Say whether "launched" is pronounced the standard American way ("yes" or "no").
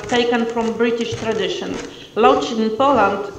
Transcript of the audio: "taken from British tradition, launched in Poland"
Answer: no